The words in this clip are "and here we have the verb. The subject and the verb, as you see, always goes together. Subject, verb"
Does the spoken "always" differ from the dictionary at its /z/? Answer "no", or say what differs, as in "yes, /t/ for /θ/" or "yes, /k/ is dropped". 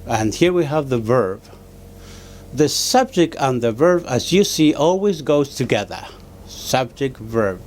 no